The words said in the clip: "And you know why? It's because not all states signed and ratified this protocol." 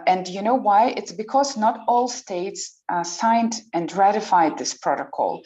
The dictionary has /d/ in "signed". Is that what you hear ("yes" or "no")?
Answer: yes